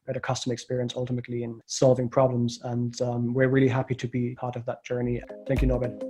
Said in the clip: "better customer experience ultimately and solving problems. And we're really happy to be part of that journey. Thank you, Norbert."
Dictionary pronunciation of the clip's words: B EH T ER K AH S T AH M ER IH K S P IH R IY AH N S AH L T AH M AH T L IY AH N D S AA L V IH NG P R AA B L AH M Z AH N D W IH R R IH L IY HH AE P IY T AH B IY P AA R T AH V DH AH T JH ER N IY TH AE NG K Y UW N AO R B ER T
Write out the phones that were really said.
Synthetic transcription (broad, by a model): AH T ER K AH S T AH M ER IH K S P IH R IY AH N S AH L T AH M AH T L IY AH N S AA L V IH NG P R AA B L AH M Z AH N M W IH R R IH L IY HH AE P IY T AH B IY P AA R T AH V DH AH T JH ER N IY TH AE NG K Y UW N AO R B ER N